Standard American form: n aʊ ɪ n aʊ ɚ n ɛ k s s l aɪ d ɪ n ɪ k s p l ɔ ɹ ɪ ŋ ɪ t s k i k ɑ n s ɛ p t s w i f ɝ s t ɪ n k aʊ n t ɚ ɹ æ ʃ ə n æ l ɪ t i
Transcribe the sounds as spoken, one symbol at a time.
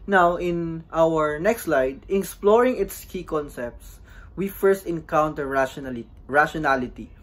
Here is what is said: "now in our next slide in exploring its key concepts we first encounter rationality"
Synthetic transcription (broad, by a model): n aʊ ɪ n aʊ ɚ n ɛ k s s l aɪ d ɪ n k s p l ɔ ɹ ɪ ŋ ɪ t s k i k ɑ n s ɛ p t s w i f ɝ s t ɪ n k aʊ n t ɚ ɹ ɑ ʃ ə n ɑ l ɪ t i